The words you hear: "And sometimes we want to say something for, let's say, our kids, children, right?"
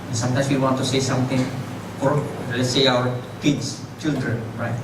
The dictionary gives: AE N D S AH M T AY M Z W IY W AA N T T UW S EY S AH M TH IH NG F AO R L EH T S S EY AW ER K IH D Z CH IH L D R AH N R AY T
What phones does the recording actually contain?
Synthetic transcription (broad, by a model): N S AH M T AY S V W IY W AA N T T UW S EY S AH M T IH NG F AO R L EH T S S EY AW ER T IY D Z CH IH L D R AH N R AY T